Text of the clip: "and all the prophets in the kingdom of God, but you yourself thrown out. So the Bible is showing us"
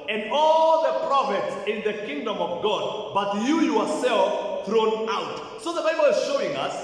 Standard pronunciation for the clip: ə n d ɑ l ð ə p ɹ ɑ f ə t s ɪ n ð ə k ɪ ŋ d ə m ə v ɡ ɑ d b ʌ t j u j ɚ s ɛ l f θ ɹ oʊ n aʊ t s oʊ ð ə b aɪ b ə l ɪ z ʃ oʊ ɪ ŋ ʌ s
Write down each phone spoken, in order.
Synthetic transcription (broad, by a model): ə n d ɑ l ð ə p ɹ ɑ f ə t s ɪ n ð ə k ɪ ŋ d ə m ə v ɡ ɑ d b ʌ t j u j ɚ s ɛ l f θ ɹ oʊ n aʊ t s oʊ ð ə b aɪ b ə l ɪ z ʃ oʊ ɪ ŋ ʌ s